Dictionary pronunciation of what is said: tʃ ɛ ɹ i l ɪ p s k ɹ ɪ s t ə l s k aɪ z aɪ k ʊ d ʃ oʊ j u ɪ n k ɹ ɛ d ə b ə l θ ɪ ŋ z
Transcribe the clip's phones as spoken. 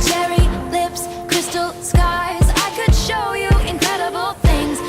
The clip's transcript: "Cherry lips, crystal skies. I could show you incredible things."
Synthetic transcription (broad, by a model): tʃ ɛ ɹ i l ɪ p s k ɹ ɪ s t l s k aɪ z aɪ k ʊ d ʃ oʊ j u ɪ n k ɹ ɛ d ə b l θ ɪ ŋ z